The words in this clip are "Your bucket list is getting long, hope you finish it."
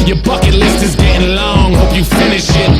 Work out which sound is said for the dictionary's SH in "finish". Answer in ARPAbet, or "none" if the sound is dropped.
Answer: SH